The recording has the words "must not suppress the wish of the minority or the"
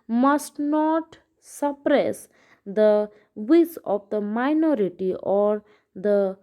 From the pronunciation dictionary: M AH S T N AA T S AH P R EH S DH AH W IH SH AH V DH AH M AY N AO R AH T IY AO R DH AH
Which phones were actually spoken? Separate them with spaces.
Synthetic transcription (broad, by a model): M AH S T N AA T S AH P R EH S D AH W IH S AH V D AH M AY N AO R AH T IY AO R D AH